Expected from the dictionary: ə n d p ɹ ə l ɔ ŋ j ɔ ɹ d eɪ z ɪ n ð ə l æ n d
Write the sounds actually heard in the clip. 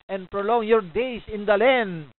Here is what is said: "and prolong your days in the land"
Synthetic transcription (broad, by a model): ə n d p ɹ ə l ɔ ŋ j ɔ ɹ d eɪ s ɪ n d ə l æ n d